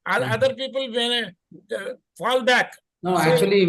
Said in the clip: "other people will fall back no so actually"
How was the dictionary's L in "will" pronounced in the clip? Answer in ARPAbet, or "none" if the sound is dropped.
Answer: N